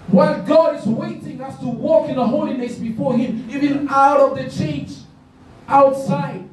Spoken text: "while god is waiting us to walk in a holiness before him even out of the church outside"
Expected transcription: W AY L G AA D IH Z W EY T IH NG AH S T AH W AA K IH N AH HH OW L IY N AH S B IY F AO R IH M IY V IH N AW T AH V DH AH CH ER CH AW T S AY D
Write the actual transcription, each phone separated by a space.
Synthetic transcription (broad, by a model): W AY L G AA D IH Z W EY T IH NG AH S T AH W AA K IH N AH HH OW L IY N AH S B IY F AO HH IH M IY V IH N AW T AH V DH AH CH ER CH AW T S AY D